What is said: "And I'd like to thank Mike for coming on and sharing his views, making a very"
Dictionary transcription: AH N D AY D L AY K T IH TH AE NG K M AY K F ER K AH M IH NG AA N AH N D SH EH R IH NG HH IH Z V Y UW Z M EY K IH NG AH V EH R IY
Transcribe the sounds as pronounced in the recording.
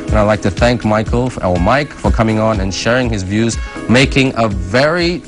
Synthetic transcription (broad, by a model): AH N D AY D L AY K T IH TH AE NG K M AY K F ER K AH M IH NG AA N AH N SH EH R IH NG HH IH Z V Y UW Z M EY K IH NG AH V EH R IY